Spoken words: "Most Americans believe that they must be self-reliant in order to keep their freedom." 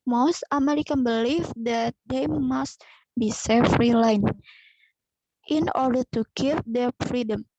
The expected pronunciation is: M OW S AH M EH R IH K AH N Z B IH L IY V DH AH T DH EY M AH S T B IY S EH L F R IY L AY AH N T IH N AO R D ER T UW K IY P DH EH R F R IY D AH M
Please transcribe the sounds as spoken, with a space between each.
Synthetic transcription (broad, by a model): M OW S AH M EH R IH K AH N B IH L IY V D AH T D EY M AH S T B IY S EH F R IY L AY N T IH N AO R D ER T UW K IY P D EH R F R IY D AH M